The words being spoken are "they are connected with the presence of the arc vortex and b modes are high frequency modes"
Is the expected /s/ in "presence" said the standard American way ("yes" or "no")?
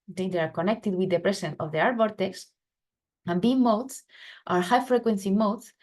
no